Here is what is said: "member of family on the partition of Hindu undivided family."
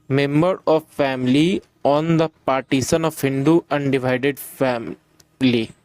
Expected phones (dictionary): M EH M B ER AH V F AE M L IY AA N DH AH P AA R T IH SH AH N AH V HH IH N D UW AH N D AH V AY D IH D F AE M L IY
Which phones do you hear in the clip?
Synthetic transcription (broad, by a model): M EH M B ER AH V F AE M L IY AA N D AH P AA R T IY S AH N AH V HH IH N D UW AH N D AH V AY D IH D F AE M L IY